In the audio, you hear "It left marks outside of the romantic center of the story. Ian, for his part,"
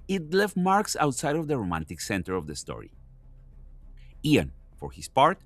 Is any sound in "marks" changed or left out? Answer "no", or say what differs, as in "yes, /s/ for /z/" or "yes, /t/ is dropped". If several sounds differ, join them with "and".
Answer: no